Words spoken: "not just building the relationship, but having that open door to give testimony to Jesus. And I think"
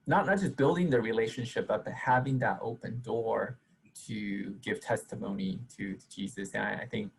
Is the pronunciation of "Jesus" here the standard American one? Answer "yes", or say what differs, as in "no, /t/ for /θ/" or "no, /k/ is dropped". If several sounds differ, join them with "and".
yes